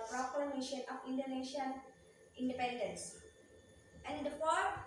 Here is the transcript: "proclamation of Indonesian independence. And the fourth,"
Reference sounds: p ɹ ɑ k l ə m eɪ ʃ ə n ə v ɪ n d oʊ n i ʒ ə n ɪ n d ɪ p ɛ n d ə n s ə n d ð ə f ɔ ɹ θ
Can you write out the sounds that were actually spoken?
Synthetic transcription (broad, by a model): p ɹ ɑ k l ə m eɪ ʃ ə n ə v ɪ n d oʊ n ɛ ʃ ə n ɪ n d ɪ p ɛ n d ə n s ə n d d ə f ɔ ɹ